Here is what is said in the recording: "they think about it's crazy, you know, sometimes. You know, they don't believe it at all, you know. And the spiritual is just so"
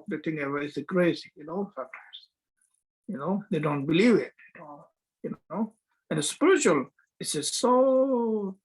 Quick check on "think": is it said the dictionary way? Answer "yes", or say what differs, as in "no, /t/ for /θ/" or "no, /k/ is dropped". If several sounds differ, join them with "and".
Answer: no, /k/ is dropped